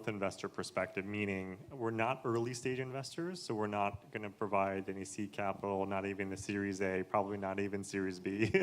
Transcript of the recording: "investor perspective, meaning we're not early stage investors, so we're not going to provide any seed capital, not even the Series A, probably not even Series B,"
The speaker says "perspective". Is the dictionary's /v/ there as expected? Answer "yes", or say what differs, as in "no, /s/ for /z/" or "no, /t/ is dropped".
yes